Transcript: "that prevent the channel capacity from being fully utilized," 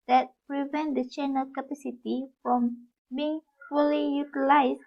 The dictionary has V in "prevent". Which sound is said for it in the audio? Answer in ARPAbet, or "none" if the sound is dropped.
V